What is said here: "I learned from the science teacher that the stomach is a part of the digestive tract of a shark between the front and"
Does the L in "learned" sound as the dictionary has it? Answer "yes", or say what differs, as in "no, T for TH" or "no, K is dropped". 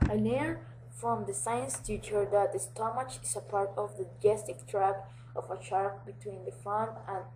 no, N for L